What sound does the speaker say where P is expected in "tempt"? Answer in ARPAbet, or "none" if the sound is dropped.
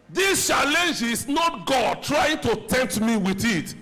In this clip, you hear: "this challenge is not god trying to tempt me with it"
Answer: none